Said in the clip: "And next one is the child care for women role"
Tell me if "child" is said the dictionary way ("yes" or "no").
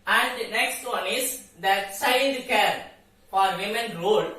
no